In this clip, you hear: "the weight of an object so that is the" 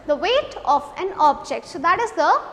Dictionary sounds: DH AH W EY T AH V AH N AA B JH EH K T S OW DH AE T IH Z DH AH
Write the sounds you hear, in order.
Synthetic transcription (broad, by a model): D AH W EY T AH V AH N AA B JH EH K T S OW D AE T IH Z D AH